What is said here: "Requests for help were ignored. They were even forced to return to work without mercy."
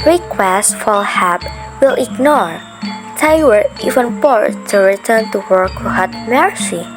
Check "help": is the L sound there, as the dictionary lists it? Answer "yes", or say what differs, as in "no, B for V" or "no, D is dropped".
no, L is dropped